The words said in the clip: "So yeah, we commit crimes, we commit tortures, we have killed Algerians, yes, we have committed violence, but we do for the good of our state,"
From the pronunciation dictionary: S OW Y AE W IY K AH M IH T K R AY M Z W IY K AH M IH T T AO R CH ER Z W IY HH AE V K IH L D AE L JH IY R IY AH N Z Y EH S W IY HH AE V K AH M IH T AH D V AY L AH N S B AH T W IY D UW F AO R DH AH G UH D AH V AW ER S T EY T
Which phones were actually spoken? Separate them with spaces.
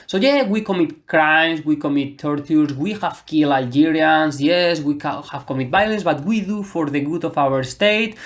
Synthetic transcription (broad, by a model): S OW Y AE W IY K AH M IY T K R AY M S W IY K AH M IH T T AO R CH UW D W IY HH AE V K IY L AE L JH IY R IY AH N S Y EH S W IY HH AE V K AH M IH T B AY L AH N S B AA T W IY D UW F AO R DH AH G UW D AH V AW ER S T EY T